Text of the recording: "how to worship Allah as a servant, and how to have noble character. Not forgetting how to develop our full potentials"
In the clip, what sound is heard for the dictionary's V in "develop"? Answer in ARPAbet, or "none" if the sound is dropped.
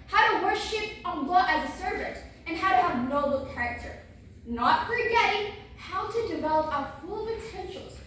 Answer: V